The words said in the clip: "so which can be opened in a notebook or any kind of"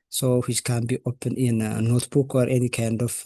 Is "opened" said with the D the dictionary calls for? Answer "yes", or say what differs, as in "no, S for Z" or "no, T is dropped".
no, D is dropped